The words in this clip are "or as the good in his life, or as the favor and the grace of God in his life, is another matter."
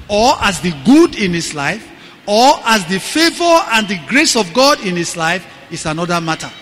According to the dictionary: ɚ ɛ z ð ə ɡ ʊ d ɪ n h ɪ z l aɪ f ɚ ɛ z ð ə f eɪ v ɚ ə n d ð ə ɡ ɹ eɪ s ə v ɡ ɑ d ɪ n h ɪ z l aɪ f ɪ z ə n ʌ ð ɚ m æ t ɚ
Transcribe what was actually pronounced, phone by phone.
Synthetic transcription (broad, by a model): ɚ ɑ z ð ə ɡ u d ɪ n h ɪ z l aɪ f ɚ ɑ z ð ə f eɪ v ɚ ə n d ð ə ɡ ɹ eɪ s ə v ɡ ɑ d ɪ n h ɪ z l aɪ f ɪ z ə n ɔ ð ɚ m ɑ t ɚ